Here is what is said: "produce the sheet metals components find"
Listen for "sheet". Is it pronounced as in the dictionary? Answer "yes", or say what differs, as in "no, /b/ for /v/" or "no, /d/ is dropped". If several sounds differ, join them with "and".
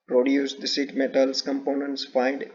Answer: no, /s/ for /ʃ/